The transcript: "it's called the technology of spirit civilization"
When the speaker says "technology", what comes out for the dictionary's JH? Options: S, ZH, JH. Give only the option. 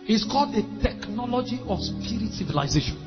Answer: JH